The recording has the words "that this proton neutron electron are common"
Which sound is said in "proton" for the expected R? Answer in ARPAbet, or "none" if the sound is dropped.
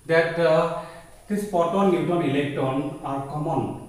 none